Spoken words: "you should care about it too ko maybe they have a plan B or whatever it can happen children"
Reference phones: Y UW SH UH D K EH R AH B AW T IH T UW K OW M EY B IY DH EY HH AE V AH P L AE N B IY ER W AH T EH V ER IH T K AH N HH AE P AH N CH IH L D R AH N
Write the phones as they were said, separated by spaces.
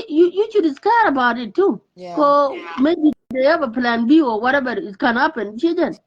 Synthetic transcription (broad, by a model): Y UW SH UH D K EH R AH B AW T IH T UW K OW M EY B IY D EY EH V AH P L AE N B IY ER W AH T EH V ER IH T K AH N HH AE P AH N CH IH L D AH N